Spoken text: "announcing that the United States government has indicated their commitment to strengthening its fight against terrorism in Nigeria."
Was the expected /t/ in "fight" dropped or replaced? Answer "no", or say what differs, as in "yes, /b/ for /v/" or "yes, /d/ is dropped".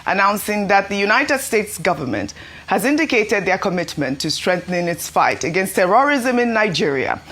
no